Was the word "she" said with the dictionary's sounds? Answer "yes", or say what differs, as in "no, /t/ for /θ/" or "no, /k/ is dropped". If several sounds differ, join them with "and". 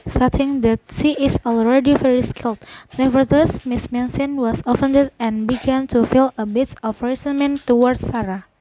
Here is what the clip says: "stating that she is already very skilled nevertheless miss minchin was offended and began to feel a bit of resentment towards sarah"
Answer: no, /s/ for /ʃ/